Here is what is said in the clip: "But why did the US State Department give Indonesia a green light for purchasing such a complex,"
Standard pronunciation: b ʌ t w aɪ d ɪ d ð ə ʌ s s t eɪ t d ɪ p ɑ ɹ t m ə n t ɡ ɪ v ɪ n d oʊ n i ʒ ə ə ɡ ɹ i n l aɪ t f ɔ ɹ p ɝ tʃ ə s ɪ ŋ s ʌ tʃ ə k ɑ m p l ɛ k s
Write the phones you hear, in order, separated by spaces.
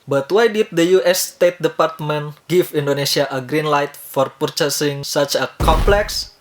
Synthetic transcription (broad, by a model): b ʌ t w aɪ d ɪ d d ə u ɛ s t eɪ t d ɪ p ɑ ɹ t m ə n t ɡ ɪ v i n d oʊ n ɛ s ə ə ɡ ɹ i n l aɪ t f ɔ ɹ p ɝ tʃ ə s ɪ ŋ s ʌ tʃ ə k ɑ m p l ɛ k s